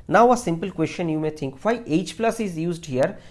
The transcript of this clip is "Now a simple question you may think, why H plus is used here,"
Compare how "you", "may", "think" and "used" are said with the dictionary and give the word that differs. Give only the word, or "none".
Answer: think